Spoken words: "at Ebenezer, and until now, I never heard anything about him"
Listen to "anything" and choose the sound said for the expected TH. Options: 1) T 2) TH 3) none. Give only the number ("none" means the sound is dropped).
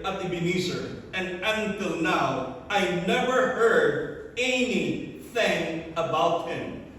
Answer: 2